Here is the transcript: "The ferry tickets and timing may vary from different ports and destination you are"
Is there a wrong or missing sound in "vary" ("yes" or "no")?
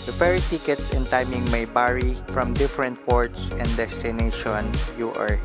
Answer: yes